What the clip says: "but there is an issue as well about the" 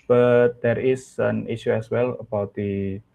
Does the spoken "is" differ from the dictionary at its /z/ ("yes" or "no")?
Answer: yes